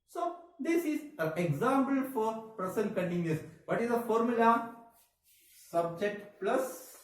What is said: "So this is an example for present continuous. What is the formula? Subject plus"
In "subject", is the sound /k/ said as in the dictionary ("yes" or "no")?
yes